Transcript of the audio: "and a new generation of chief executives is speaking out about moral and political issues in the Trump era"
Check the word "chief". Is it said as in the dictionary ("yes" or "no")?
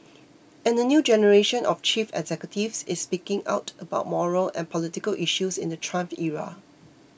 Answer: yes